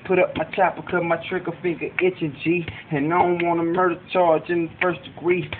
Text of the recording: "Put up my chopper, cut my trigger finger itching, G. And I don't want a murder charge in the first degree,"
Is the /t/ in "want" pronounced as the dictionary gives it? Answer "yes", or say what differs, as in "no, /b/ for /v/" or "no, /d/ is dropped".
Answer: no, /t/ is dropped